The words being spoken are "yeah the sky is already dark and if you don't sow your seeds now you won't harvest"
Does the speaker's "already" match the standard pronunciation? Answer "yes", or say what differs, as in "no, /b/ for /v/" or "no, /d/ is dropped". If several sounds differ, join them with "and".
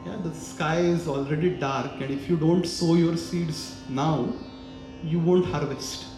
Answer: yes